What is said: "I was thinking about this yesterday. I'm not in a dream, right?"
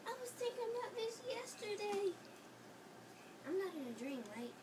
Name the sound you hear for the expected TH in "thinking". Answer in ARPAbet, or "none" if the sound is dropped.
T